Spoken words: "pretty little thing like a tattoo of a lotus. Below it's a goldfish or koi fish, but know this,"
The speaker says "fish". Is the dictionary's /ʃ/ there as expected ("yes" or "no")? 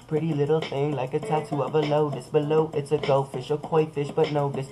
yes